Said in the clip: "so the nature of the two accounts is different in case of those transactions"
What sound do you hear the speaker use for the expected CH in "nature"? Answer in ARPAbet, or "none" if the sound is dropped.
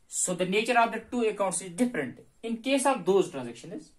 CH